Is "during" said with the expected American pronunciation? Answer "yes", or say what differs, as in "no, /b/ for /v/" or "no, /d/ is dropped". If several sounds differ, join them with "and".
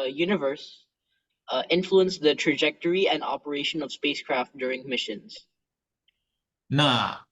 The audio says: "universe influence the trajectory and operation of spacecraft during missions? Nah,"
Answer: yes